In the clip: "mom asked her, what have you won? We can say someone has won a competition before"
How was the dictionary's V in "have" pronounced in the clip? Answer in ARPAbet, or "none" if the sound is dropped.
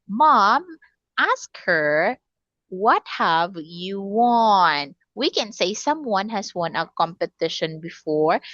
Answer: V